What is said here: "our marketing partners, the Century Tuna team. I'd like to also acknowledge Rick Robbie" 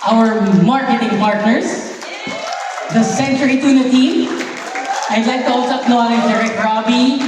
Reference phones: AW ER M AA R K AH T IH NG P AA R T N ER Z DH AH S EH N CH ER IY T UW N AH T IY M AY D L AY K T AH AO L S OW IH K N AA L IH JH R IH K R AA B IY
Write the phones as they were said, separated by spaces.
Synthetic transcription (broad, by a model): AW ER M AA R K AH T IH NG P AA R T N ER S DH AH S EH N CH ER IY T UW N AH T IY M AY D L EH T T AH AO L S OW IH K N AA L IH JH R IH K R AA B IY